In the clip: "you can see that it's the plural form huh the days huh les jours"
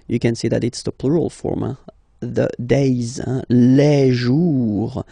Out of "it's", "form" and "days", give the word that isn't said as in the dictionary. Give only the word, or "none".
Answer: none